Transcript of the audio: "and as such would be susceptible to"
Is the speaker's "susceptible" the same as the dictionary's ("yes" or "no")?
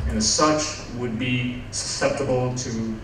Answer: yes